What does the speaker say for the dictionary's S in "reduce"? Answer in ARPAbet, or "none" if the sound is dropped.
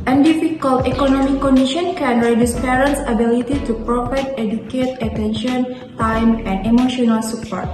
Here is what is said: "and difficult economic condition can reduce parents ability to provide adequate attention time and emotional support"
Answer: S